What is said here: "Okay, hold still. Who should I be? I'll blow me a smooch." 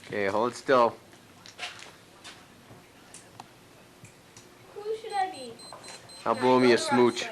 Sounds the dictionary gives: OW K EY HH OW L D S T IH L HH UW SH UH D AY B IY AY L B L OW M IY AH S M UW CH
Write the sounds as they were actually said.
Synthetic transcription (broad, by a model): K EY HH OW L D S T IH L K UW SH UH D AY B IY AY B OW M IY AH S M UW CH